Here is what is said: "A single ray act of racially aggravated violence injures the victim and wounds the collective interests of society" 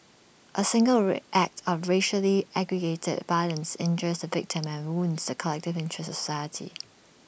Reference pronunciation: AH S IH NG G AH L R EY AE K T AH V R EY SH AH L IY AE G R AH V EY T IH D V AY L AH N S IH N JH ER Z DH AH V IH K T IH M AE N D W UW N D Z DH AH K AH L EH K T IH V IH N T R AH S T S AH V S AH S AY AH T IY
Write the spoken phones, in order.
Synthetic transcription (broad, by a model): AH S IH NG G AH L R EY AE K T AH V R EY SH AH L IY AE G R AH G EY T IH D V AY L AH N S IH N JH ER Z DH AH V IH K T IH M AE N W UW N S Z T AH K AH L EH K T IH V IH N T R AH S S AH S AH IH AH T IY